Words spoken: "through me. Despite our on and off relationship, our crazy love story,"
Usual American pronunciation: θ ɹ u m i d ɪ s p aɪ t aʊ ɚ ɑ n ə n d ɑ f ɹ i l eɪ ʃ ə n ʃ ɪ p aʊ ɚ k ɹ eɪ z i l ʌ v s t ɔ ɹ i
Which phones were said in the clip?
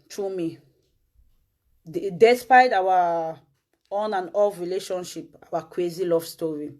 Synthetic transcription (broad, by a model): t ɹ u m i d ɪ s p aɪ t aʊ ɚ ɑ n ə n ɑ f ɹ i l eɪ ʃ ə n ʃ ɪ p aʊ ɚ k w eɪ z i l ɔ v s t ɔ ɹ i